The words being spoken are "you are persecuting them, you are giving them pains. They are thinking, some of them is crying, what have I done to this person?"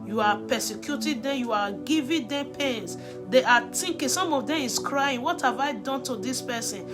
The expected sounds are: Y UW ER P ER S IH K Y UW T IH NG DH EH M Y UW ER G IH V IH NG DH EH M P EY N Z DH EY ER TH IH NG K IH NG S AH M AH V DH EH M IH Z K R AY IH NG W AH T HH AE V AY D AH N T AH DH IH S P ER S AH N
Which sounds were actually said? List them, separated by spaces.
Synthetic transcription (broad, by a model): Y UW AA P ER S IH K Y UW T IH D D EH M Y UW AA G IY V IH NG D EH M P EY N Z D EY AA T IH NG K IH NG S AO M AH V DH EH M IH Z K R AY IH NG W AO T HH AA V AY D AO N T AH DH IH S P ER S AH N